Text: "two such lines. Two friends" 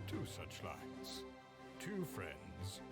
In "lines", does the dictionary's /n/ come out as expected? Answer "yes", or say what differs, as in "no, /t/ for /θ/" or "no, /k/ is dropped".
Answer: no, /n/ is dropped